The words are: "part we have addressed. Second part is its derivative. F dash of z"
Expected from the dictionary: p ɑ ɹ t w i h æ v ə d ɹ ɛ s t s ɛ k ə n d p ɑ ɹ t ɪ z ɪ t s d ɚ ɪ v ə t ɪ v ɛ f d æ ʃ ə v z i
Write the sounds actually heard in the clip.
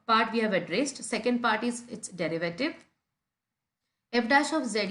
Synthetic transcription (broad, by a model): p ɑ ɹ t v i h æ v ə d ɹ ɛ s t s ɛ k ə n d p ɑ ɹ t ɪ z ɪ t s d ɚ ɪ v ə t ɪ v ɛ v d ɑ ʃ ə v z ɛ